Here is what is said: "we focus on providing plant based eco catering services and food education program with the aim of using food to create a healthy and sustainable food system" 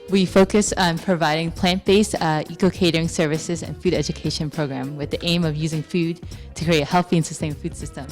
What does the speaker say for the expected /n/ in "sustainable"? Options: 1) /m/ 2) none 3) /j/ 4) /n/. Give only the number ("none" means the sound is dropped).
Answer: 2